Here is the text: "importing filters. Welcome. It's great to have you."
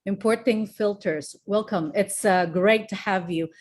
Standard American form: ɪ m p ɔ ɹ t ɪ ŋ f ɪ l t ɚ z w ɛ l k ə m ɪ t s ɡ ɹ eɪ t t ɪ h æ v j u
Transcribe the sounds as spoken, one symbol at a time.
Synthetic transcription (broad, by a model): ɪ m p ɔ ɹ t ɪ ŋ f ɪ l t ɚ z w ɛ l k ə m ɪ t s ɡ ɹ eɪ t t ɪ h æ v j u